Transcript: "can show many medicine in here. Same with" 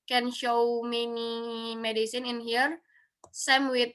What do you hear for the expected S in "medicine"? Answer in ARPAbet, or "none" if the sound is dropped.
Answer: S